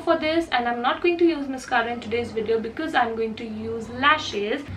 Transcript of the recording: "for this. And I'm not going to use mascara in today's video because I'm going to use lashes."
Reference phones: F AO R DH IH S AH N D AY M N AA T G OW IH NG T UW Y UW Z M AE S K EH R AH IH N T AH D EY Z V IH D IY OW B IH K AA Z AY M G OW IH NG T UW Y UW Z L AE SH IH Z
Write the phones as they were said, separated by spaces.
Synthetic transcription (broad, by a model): F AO R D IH S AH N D AY M N AA T G OW IH NG T UW Y UW Z M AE S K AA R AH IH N T AH D EY Z V IH D IY OW B IH K AA Z AY M G OW IH NG T UW Y UW Z L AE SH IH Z